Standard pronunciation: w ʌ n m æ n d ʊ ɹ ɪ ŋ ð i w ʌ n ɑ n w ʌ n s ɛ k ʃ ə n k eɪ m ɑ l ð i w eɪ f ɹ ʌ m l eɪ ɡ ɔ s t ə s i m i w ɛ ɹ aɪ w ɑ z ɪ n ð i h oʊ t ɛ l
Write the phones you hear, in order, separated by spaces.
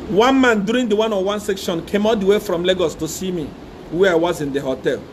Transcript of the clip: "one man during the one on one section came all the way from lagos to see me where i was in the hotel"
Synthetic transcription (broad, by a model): w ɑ n m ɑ n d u ɹ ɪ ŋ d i w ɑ n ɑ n w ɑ n s ɛ k ʃ ə n k eɪ m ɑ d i w eɪ f ɹ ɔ m l eɪ ɡ ɔ s t ə s i m i w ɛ aɪ w ɑ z ɪ n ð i h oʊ t ɛ l